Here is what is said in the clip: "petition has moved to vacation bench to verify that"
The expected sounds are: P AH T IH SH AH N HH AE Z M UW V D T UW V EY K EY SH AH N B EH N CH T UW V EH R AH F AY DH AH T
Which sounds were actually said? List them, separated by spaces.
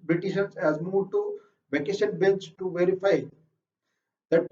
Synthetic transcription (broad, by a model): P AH T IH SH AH N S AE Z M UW D T UW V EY K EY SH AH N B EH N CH T UW V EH R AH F AY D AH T